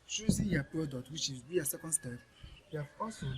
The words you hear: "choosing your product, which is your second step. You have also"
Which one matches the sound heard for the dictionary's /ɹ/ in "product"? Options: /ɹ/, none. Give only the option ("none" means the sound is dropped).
none